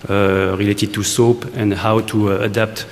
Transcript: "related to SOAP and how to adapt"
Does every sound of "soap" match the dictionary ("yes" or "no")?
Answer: yes